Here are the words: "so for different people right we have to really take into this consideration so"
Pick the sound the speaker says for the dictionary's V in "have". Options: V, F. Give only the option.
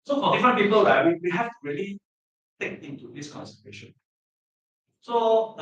F